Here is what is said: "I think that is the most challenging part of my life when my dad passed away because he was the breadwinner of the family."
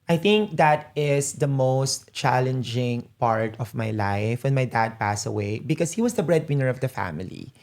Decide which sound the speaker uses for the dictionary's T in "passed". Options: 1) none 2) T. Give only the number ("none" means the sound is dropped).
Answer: 1